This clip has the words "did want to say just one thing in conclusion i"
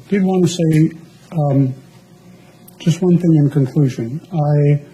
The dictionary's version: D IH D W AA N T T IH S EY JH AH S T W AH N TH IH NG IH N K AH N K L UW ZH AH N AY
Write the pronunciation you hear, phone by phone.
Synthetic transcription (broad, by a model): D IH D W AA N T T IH S EY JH AH S T W AH N TH IH NG IH N K AH N K L UW ZH AH N AY